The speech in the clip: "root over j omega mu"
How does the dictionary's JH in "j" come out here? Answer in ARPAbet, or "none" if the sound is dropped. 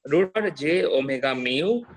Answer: JH